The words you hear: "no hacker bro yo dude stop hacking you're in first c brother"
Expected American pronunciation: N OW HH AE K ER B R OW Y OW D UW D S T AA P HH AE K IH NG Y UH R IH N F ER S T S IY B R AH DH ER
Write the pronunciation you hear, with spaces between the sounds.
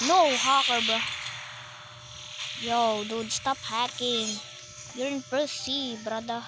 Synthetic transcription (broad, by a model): N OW HH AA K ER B OW Y OW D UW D S T AA P HH AE K IH NG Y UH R IH N P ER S S IY B R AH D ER